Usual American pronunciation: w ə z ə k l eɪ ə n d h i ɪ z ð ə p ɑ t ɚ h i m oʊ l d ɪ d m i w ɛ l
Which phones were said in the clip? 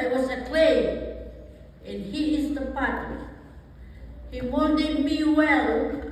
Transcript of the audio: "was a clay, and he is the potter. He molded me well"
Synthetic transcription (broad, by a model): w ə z ə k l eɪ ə n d h i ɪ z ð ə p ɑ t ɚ h i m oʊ n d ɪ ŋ m i w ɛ l